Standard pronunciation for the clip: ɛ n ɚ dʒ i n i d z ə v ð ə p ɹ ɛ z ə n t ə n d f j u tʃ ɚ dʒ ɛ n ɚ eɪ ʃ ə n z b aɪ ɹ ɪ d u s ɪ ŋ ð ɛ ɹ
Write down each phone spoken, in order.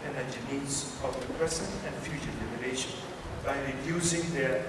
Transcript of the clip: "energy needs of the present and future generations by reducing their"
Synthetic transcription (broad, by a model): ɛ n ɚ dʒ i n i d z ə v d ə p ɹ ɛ s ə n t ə n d f j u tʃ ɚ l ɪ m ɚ eɪ ʃ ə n b aɪ ɹ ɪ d u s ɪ ŋ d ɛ ɹ